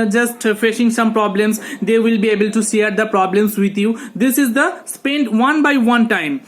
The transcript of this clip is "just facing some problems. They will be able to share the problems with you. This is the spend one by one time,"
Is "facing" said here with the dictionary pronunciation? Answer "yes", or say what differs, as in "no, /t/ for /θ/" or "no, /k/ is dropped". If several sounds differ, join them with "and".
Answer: no, /ʃ/ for /s/